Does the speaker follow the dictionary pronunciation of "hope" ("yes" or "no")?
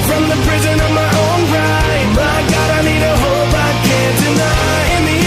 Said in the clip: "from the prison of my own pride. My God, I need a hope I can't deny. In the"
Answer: no